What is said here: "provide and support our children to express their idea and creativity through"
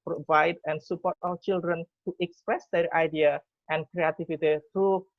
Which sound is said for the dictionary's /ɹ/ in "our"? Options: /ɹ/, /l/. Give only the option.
/l/